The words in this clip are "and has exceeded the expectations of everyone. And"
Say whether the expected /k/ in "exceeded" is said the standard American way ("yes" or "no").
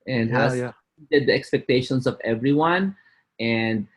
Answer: no